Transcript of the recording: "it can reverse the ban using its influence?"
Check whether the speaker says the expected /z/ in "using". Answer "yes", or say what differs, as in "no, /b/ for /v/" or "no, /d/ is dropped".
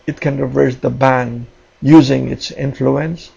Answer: yes